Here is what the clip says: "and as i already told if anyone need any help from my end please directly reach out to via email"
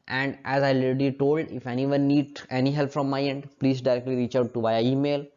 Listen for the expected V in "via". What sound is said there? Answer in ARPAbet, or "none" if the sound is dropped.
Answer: B